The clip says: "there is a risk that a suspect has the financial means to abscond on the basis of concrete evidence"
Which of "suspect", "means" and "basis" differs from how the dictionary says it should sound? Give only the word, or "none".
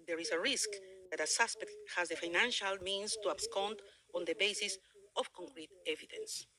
means